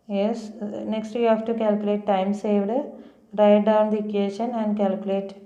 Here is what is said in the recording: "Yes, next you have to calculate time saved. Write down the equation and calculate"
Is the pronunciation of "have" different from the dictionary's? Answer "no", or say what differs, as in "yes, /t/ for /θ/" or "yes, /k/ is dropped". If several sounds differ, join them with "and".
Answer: yes, /f/ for /v/